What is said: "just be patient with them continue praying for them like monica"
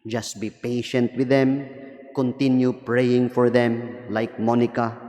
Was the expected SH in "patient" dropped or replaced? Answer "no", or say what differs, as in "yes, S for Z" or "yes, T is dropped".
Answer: no